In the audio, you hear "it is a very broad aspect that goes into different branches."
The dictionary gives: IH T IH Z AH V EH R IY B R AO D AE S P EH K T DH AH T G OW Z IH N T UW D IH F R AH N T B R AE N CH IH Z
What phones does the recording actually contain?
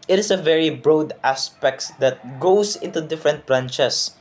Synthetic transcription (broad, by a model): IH T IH S AH V EH R IY B R AO D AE S P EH K T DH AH T G OW S IH N T UW D IH F R AH N T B R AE N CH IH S